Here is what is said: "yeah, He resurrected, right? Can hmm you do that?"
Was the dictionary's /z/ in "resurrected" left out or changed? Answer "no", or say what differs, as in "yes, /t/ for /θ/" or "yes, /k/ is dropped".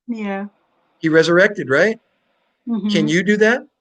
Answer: no